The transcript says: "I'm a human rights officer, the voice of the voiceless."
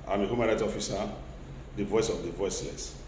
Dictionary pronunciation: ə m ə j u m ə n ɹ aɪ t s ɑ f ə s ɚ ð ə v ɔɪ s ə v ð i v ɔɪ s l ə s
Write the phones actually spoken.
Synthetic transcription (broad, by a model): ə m ə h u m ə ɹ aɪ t ɑ f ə s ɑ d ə v ɔɪ s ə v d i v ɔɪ s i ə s